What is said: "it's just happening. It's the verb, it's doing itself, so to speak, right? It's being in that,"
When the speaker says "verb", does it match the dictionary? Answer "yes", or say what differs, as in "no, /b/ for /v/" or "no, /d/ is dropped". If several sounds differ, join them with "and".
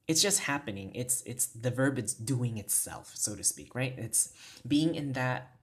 yes